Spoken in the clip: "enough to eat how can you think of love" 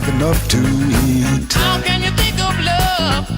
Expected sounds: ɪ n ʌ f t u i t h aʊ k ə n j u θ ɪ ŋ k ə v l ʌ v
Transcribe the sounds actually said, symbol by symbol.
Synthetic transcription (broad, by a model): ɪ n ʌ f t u i t h aʊ k ə n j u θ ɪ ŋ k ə b l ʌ